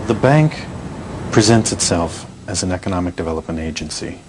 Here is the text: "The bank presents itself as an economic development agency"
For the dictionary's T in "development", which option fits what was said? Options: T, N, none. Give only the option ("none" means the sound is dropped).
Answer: T